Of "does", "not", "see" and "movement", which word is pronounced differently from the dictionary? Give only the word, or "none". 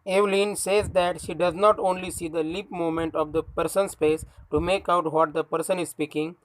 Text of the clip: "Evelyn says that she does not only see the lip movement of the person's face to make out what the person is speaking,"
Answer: movement